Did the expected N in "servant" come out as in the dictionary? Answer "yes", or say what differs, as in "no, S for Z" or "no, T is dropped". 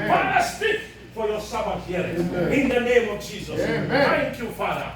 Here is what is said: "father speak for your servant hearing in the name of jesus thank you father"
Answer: no, N is dropped